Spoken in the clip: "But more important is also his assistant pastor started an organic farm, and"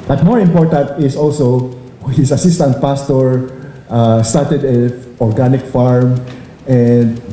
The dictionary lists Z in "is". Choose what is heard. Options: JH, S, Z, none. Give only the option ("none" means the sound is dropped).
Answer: S